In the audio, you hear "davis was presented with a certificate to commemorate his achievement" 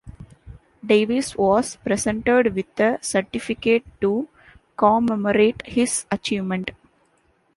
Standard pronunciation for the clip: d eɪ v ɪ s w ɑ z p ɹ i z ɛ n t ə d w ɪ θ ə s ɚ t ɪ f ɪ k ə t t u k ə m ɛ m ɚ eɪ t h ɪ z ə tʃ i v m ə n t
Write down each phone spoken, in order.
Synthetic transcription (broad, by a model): d eɪ v ɪ s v ɑ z p ɹ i s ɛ n t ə d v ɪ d ə s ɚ t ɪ f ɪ k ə t t u k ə m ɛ m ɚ eɪ t h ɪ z ə tʃ i v m ə n t